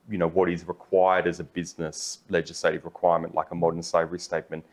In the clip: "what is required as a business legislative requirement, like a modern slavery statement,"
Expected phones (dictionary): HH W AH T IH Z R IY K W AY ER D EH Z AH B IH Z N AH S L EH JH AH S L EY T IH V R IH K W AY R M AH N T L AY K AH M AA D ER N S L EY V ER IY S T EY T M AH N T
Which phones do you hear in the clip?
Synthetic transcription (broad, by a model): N W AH T IH Z R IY K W AY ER D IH Z AH B IH Z N AH S L EH JH AH S L EY T IH V R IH K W AY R M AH N T L AY K AH M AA D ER N S EY V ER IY S T EY T M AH N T